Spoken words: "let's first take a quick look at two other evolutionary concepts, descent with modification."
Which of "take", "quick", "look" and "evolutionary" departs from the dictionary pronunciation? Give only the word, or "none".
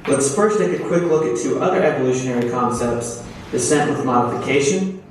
none